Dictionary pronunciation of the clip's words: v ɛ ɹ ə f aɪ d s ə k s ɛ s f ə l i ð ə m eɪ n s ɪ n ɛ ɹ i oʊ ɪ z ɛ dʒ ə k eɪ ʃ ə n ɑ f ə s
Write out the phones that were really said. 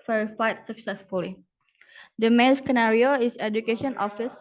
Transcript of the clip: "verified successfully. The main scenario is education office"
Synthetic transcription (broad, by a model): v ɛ ɹ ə f aɪ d s ə k s ɛ s f ə l i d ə m eɪ n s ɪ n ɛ ɹ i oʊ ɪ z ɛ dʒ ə k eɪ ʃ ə n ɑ f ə s